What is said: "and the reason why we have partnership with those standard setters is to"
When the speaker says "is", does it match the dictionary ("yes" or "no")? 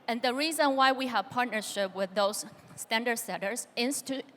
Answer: no